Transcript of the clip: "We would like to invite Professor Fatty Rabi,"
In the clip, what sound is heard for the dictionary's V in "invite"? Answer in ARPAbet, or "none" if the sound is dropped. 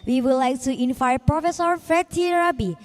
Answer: F